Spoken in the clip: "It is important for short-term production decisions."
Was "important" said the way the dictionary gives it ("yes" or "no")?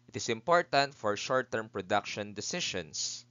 yes